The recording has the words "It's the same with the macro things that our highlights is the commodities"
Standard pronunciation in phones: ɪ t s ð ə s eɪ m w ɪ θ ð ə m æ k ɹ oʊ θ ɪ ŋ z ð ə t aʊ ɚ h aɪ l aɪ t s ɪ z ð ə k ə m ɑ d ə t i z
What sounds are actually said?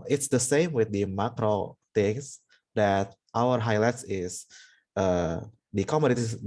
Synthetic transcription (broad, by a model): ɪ t s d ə s eɪ m w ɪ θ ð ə m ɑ k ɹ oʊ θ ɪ ŋ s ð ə t aʊ ɚ h aɪ l aɪ t s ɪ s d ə k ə m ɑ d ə t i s